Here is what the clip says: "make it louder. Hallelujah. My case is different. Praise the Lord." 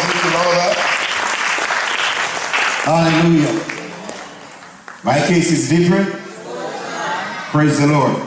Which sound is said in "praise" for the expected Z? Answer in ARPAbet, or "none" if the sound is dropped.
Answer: Z